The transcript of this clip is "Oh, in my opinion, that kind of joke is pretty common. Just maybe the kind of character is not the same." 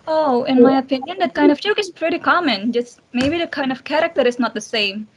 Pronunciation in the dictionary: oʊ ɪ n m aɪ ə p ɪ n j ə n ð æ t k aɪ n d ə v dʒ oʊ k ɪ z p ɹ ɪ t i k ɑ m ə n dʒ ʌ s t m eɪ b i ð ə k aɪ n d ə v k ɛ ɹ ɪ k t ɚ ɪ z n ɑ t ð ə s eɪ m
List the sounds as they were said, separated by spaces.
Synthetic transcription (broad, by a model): oʊ ɪ n m aɪ ə p ɪ n j ə n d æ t k aɪ n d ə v tʃ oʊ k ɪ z p ɹ ɪ t i k ɑ m ə n dʒ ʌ s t m eɪ b i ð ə k aɪ n d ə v k ɛ ɹ ɪ k t ɚ ɪ z n ɑ t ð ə s eɪ m